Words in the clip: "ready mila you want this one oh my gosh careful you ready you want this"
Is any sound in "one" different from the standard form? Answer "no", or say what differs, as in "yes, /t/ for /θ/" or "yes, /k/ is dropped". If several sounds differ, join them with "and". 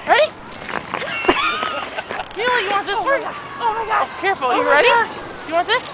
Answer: yes, /n/ is dropped